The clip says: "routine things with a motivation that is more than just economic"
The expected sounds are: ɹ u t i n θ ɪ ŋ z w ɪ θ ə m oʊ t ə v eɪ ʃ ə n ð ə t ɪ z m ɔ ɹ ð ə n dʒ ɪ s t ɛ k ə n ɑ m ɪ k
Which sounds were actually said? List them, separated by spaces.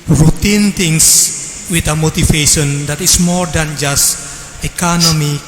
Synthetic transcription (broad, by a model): ɹ u t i n t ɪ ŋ s w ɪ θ ə m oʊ t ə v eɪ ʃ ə n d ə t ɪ s m ɔ ɹ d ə n dʒ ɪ s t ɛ k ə n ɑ m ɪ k